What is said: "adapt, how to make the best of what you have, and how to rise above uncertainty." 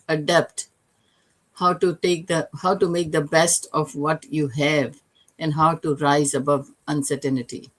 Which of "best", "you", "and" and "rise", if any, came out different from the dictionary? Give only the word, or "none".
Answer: none